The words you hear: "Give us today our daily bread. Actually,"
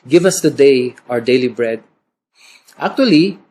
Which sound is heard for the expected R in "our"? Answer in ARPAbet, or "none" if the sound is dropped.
R